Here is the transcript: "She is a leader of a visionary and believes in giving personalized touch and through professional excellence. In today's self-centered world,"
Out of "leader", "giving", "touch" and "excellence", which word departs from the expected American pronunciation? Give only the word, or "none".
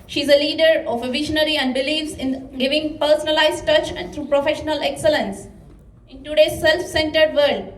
none